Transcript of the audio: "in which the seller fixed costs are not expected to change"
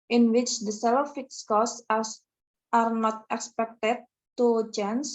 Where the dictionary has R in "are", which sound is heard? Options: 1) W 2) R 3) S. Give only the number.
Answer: 2